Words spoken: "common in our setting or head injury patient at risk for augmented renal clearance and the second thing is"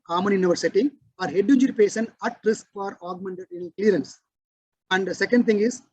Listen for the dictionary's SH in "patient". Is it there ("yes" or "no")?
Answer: no